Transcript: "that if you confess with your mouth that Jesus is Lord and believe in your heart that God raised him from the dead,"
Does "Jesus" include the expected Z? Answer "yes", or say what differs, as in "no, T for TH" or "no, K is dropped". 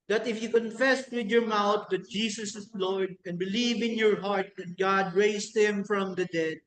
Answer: no, S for Z